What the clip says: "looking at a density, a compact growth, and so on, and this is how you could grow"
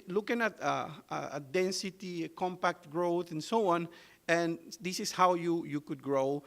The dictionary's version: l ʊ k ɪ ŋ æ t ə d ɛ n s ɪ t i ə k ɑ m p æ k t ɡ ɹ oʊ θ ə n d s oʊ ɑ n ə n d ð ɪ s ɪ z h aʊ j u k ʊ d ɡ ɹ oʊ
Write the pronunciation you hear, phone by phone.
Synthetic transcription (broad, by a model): l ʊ k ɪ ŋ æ t ə d ɛ n s ɪ t i ə k ɑ m p æ k t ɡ ɹ oʊ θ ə n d s oʊ ɑ n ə n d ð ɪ s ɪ s h aʊ j u k ʊ d ɡ ɹ oʊ